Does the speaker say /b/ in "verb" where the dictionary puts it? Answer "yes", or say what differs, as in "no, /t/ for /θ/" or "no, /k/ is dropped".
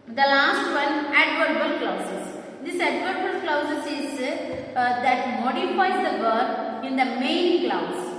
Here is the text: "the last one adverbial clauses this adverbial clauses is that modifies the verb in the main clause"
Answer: no, /b/ is dropped